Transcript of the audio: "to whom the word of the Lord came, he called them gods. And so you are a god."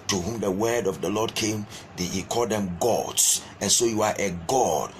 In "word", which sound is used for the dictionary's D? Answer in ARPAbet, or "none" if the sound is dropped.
D